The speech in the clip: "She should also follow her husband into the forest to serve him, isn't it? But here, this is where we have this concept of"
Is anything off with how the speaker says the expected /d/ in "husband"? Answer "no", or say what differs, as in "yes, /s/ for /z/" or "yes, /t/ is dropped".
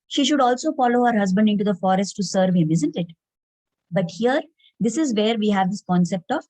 no